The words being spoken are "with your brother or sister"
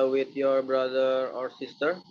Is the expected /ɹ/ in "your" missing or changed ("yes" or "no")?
no